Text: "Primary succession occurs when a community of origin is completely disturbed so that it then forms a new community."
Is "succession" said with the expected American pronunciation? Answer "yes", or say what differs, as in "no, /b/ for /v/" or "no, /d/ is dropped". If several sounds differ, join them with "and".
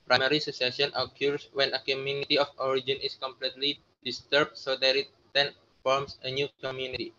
no, /k/ is dropped